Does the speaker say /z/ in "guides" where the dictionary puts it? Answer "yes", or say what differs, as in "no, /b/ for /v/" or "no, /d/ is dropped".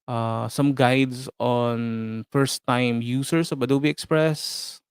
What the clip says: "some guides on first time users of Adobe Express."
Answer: no, /s/ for /z/